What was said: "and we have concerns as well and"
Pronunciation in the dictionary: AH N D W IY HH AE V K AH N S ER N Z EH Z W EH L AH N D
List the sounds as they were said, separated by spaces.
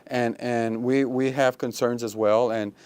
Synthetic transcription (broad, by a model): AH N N W IY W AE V K AH N S ER N Z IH Z W EH L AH N